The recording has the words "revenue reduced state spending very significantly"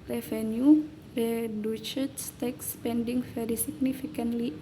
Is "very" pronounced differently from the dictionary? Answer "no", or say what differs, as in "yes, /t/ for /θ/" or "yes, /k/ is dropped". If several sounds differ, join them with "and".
yes, /f/ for /v/